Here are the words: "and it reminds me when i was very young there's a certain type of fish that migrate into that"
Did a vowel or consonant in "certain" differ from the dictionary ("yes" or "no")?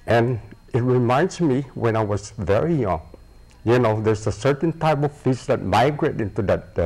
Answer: no